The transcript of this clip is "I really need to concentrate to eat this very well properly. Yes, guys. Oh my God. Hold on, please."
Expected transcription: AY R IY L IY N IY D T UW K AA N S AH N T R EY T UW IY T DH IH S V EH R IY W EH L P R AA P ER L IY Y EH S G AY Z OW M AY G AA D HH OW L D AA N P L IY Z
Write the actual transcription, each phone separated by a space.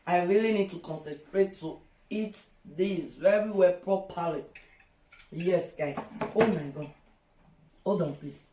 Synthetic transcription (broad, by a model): AY R IY L IY N IY D T UW K AA N S AH N T R EY T UW IY T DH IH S V EH R IY W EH P R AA P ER L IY Y EH S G AY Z OW M AY G AA D OW D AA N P L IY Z